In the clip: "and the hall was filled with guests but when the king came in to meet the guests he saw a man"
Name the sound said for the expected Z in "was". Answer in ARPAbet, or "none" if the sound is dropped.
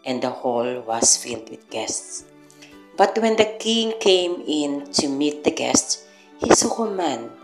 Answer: S